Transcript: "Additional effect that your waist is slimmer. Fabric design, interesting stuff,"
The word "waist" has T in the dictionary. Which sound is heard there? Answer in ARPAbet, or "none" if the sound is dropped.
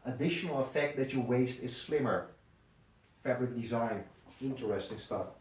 T